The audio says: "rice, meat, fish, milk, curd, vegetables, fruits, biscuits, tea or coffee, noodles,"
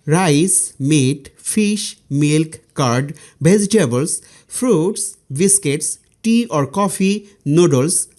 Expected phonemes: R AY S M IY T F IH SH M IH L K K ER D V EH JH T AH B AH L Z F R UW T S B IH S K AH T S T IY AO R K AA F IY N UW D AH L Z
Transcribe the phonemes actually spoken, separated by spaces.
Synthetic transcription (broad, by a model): R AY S M IY T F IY SH M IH L K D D B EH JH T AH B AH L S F R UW T S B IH S K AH T S T IY AO R K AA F IY N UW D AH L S